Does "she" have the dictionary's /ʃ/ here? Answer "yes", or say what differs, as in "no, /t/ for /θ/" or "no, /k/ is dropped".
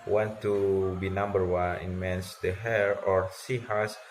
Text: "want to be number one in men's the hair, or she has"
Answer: no, /s/ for /ʃ/